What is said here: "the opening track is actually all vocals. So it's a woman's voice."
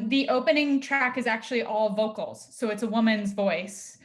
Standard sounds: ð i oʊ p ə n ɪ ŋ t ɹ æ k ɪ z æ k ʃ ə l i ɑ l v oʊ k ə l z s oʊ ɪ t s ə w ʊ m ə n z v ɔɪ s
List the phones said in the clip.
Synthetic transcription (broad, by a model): ð i oʊ p ə n ɪ ŋ t ɹ æ k ɪ z æ k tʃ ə l i ɑ l v oʊ k l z s oʊ ɪ t s ə w ʊ m ə n z v ɔɪ s